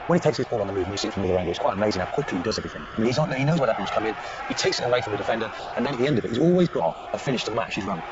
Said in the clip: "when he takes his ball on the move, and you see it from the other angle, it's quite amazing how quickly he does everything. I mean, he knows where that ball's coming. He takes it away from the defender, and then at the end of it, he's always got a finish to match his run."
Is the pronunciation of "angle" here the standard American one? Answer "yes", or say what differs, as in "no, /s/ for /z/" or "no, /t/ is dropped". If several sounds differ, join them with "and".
no, /n/ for /l/